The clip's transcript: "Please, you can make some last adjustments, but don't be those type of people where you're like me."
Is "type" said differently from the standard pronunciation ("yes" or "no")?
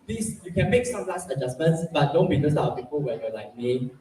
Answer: yes